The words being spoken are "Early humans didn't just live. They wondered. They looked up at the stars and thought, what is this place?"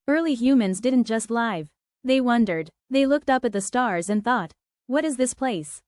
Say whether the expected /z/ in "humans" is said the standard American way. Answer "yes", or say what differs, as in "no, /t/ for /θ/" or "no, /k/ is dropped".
yes